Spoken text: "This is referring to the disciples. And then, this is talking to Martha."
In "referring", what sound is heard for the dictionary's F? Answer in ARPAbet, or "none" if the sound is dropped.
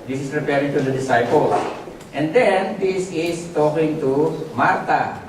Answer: P